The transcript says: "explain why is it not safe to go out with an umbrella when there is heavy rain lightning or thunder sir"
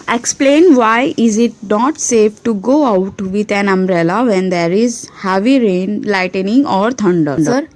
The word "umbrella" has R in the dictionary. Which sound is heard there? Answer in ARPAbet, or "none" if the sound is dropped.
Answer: R